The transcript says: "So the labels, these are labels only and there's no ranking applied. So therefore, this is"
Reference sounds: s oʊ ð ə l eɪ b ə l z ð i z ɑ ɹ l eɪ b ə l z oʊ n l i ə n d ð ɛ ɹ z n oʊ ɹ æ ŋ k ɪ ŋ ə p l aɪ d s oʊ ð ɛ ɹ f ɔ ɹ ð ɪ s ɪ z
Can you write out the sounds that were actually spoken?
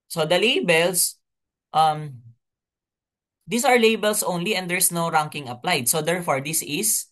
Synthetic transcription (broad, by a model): s oʊ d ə l eɪ b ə l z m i s ɑ ɹ l eɪ b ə l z oʊ n l i ə n d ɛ ɹ s n oʊ ɹ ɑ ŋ k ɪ ŋ ə p l aɪ d s oʊ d ɛ ɹ f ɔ ɹ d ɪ s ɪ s